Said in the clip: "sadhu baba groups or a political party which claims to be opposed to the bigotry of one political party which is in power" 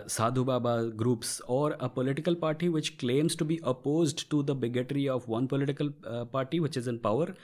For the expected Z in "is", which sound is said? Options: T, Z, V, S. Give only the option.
Z